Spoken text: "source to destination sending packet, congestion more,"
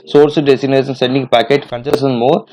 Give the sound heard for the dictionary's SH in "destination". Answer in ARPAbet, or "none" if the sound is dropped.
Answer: S